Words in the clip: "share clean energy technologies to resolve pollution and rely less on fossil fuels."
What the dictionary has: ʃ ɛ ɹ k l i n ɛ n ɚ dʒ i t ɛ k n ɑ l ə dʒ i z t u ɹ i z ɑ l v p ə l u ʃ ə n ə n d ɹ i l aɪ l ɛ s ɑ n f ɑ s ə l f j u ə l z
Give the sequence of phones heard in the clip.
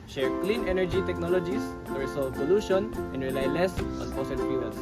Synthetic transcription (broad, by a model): ʃ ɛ ɹ k l i n ɛ n ɚ dʒ i t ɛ k n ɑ l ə dʒ i s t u ɹ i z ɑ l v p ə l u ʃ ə n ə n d ɹ i l aɪ l ɛ s ɑ n p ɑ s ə n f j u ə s